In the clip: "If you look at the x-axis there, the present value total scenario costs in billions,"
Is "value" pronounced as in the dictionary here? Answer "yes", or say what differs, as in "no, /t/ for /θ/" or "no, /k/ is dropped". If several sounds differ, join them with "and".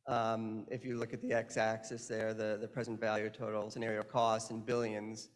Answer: yes